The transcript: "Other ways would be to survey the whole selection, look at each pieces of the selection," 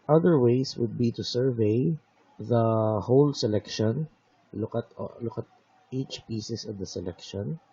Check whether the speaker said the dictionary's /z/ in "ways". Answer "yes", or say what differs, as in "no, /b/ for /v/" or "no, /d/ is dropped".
no, /s/ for /z/